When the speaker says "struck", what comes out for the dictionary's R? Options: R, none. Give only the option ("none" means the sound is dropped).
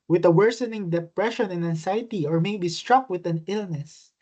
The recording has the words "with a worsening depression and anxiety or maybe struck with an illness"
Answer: R